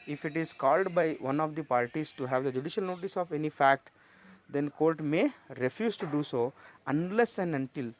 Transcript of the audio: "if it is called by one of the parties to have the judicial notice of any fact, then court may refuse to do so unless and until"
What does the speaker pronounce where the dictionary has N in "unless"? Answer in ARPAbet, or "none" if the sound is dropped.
N